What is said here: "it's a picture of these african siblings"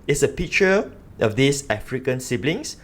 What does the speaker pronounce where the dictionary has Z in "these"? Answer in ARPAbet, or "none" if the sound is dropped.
S